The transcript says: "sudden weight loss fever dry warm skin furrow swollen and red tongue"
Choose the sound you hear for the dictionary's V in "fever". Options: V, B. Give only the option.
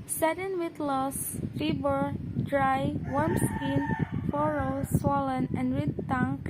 B